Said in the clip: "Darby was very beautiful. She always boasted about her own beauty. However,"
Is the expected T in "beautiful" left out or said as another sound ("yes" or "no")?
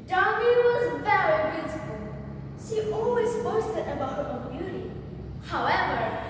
yes